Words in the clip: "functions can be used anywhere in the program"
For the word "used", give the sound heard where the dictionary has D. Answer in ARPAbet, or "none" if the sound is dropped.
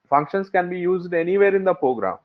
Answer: D